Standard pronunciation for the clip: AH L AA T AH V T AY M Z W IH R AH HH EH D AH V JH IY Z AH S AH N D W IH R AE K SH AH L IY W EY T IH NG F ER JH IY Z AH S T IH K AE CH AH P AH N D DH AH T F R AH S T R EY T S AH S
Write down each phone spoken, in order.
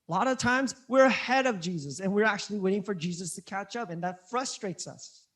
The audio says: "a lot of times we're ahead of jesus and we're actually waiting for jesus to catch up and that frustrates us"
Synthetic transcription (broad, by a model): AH L AA T AH V T AY M Z W IH R AH HH EH D AH V JH IY Z AH S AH N W IH R AE K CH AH L IY W EY T IH NG F ER JH IY Z AH S T IH K AE CH AH P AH N DH AH T F R AH S T R EY T S AH S